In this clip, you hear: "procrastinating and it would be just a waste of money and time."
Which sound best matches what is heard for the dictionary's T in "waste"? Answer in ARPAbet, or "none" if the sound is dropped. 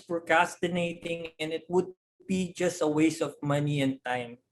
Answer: none